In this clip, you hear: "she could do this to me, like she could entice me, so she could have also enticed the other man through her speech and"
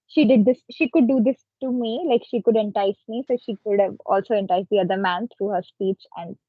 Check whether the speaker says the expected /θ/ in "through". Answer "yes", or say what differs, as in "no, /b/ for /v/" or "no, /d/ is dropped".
no, /t/ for /θ/